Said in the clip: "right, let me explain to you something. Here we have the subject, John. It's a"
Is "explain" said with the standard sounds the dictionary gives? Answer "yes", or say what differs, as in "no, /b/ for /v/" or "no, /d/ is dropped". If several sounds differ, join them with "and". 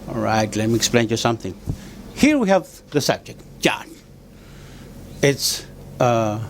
yes